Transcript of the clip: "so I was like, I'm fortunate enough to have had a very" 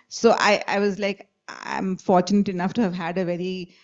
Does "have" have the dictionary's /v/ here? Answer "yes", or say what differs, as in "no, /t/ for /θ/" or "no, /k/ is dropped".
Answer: yes